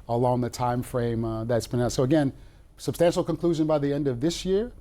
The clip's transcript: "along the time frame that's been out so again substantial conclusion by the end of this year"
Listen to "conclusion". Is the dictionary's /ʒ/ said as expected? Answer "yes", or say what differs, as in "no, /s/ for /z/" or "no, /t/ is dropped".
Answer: yes